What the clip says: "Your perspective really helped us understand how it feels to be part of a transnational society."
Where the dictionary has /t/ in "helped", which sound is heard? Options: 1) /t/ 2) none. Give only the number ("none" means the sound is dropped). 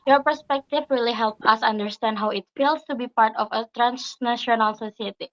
2